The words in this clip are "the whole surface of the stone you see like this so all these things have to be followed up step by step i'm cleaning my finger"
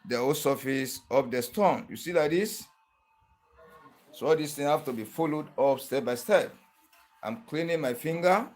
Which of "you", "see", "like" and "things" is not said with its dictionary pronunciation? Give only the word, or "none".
things